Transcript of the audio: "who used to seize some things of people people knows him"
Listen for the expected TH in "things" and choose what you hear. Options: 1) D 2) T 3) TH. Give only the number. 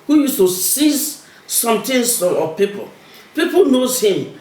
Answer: 2